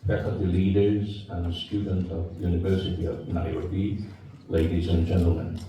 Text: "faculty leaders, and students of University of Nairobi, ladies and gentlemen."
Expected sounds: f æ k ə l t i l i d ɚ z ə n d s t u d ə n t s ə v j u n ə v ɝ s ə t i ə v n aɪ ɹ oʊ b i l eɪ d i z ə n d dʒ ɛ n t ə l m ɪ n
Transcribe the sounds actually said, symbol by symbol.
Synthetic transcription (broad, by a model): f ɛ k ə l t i l i d ɚ z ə n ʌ s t u d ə n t ə v j u n ə v ɝ s ə t i ə v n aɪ oʊ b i l eɪ d i z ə n dʒ ɛ n t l m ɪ n